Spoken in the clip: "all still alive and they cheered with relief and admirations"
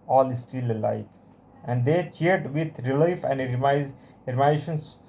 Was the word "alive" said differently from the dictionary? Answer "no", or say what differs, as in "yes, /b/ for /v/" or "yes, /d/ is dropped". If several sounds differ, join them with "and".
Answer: yes, /f/ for /v/